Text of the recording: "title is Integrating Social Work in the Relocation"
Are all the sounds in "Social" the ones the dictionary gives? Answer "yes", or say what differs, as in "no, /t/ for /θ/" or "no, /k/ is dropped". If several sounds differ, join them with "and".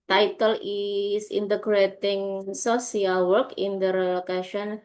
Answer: no, /s/ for /ʃ/